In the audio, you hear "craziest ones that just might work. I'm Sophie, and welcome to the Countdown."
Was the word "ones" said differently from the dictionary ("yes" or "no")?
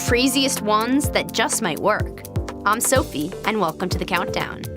no